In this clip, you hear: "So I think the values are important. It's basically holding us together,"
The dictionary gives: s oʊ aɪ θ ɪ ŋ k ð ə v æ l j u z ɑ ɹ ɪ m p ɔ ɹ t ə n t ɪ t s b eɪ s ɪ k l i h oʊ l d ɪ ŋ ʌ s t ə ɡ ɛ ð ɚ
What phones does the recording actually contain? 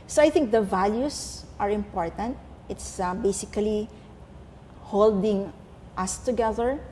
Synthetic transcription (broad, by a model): s oʊ aɪ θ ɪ ŋ k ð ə v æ l j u s ɑ ɹ ɪ m p ɔ ɹ t ə n t ɪ t s b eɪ s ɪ k l i h oʊ l d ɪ ŋ ʌ s t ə ɡ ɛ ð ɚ